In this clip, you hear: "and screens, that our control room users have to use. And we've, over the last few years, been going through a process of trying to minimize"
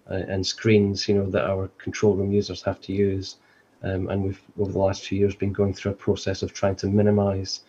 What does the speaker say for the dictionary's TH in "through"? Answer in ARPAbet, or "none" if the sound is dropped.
TH